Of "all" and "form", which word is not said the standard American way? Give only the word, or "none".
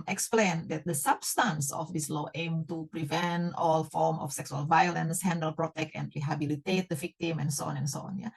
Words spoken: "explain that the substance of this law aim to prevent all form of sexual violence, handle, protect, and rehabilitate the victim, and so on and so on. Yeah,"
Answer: none